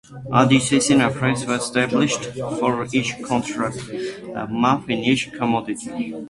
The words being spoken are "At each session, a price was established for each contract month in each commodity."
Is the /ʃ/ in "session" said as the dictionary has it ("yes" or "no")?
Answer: no